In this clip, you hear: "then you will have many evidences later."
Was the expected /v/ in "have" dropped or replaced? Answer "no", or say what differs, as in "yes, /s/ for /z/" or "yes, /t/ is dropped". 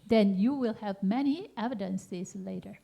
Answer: no